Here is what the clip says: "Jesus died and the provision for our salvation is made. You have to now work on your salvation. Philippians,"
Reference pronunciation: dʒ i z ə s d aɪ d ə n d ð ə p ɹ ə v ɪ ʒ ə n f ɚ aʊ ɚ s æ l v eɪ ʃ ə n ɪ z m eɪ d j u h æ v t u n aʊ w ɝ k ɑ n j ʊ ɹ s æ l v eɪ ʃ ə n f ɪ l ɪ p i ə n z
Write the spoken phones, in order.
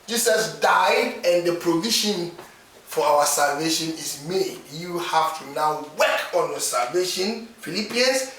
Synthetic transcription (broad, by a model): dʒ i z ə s d aɪ d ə n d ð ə p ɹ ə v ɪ ʃ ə n f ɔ aʊ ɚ s æ l v eɪ ʃ ə n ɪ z m eɪ d j u h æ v t u n aʊ w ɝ k ɑ n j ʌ s æ l v eɪ ʃ ə n f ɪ l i p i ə n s